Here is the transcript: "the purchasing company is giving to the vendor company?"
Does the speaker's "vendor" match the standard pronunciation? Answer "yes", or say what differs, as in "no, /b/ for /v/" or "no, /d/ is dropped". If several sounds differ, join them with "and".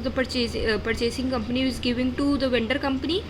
yes